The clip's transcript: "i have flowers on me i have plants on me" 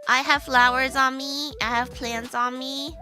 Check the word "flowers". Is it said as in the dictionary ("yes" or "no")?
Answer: yes